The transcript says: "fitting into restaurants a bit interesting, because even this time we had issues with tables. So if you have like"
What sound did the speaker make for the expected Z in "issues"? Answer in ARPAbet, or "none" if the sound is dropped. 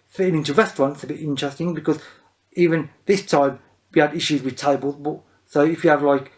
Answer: Z